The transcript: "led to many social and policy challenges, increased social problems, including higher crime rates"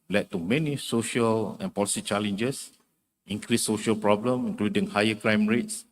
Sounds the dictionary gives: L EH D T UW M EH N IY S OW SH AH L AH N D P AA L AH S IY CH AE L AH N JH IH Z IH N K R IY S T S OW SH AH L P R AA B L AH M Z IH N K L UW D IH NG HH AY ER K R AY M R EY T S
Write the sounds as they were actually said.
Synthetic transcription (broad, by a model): L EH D T UW M EH N IY S OW SH AH L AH N P AA L AH S IY CH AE L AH N JH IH S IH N K R IY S S OW SH AH L P R AA B L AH M IH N K L UW D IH NG HH AY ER K R AY M R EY T S